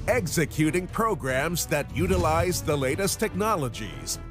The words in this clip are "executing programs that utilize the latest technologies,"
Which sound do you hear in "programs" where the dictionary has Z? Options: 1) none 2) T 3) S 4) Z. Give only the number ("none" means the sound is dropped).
4